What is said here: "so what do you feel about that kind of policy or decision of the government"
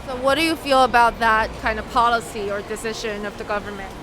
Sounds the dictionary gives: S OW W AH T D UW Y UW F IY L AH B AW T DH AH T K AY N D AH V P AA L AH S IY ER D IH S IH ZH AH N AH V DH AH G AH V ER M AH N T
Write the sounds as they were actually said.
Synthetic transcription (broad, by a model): S OW W AH T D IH Y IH F IY L AH B AW T DH AH T K AY N D AH V P AA L AH S IY ER D IH S IH ZH AH N AH V DH AH G AH V ER M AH N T